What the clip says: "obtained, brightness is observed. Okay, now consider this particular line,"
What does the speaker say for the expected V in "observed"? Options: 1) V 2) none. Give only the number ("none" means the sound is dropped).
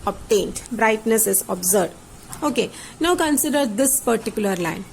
2